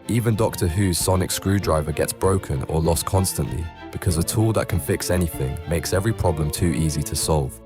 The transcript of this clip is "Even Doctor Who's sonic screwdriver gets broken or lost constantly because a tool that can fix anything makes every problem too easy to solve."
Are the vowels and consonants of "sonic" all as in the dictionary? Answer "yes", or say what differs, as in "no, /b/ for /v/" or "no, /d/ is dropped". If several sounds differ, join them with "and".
yes